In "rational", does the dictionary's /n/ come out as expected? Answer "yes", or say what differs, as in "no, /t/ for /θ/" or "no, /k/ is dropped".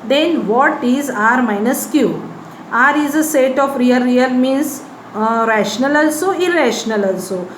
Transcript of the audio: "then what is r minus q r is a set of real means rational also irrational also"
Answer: yes